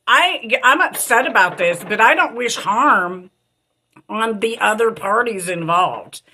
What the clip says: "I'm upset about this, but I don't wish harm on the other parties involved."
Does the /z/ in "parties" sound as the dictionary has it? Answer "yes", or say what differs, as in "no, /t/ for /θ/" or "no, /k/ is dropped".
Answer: yes